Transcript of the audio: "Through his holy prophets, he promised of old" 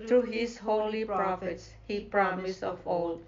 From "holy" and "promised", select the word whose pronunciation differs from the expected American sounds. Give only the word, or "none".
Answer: promised